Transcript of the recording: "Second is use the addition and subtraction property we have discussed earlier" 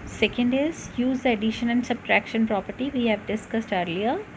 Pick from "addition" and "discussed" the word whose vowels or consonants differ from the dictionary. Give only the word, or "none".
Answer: none